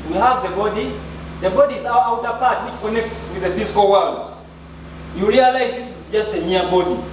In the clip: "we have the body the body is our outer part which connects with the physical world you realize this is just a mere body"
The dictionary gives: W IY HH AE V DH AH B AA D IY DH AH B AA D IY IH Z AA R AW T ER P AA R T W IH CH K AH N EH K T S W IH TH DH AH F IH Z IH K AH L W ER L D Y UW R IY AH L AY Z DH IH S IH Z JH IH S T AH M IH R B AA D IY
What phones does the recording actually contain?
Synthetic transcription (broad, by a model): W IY HH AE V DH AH B AA D IY DH AH B AA D IY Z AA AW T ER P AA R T W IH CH K AH N EH K T S W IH DH AH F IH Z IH K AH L W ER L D Y UW R IY AH L AY Z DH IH S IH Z JH IH S T AH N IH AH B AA D IY